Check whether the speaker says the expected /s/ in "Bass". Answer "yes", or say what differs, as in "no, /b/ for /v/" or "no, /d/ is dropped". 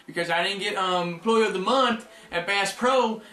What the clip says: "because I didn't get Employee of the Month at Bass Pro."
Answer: yes